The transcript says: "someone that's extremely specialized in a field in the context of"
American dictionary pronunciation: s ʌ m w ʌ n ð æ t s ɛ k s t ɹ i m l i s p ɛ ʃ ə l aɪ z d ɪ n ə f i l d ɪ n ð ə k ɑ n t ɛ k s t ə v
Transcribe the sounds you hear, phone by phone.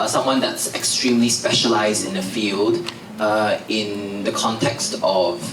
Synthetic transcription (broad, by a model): s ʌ m w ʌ n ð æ t s ɛ k s t ɹ i m l i s p ɛ ʃ ə l aɪ z d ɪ n ə f i l d ɪ n ð ə k ɑ n t ɛ k s t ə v